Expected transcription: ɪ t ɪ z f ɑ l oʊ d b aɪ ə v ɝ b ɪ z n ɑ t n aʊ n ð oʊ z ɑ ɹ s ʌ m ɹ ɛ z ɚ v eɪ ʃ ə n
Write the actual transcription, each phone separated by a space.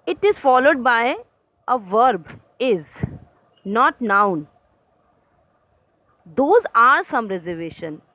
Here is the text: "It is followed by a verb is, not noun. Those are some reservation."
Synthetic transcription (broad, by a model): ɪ t ɪ z f ɑ l oʊ d b aɪ ə v ɝ b ɪ z n ɑ t n aʊ n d oʊ z ɑ ɹ s ʌ m ɹ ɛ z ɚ v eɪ ʃ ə n